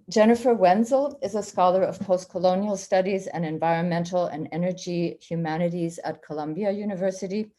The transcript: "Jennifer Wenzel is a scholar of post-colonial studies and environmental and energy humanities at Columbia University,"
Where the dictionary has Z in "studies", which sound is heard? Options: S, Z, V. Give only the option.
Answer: Z